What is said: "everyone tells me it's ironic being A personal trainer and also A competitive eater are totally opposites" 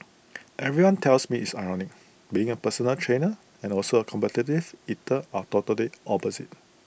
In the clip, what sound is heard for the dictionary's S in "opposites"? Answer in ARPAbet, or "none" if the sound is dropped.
none